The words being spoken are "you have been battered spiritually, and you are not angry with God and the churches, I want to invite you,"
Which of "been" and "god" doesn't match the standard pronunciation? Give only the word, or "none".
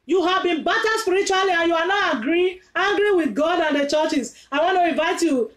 none